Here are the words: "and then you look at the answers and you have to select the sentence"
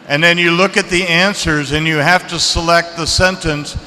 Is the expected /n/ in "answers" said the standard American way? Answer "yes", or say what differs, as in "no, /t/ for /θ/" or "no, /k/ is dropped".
yes